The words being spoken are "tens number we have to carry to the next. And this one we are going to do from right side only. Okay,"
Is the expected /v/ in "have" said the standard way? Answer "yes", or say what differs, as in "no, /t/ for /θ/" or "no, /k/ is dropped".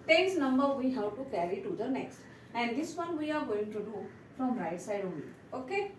no, /w/ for /v/